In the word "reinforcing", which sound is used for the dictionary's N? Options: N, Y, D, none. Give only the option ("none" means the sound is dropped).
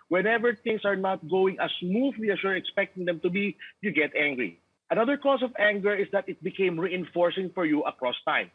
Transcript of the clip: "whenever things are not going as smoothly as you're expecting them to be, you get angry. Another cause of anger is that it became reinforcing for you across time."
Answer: N